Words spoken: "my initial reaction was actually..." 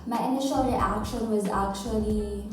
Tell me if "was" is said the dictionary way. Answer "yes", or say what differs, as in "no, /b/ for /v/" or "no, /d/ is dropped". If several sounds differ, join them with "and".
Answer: yes